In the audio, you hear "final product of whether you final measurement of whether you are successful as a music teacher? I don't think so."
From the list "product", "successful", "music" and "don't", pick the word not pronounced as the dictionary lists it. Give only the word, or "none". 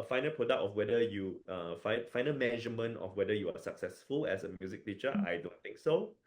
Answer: none